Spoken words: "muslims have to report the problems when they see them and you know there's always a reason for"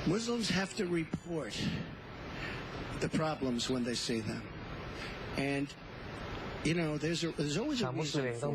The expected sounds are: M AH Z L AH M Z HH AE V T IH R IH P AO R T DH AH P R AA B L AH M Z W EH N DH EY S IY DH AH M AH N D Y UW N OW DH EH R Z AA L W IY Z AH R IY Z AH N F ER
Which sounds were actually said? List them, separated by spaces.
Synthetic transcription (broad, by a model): M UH Z L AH M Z HH AE F T IH R IH P AO R T DH AH P R AA B L AH M Z W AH N DH EY S IY DH AH M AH N Y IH N OW DH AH R Z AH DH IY Z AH W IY Z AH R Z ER